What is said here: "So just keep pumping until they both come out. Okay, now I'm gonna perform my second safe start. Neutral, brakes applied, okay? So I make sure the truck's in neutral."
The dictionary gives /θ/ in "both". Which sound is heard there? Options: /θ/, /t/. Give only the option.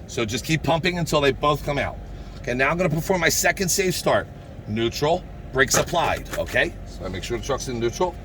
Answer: /θ/